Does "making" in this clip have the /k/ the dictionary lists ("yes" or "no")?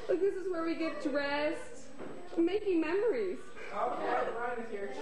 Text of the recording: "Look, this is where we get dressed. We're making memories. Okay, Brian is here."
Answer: yes